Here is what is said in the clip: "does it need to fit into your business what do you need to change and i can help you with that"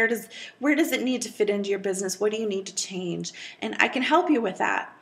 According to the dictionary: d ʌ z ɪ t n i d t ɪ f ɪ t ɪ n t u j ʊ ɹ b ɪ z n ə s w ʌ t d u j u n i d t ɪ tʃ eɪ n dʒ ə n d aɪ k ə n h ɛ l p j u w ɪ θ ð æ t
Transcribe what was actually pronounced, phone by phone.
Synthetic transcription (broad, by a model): d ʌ z ɪ t n i d t ɪ f ɪ t ɪ n t u j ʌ ɹ b ɪ z n ə s w ʌ t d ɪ j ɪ n i d t ɪ tʃ eɪ n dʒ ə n aɪ k ə n h ɛ l p j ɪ w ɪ ð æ t